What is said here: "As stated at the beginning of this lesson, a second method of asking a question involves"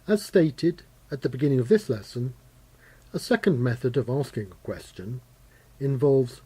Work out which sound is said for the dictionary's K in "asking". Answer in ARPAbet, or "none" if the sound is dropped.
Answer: K